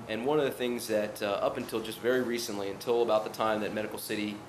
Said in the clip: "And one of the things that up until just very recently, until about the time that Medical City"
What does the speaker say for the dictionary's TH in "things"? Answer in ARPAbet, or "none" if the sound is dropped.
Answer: TH